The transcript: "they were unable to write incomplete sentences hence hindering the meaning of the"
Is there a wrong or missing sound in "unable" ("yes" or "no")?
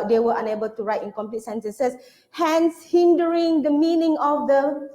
no